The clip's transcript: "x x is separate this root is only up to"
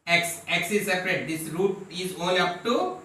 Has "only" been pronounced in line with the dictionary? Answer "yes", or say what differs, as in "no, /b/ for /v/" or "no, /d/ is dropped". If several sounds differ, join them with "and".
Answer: no, /n/ is dropped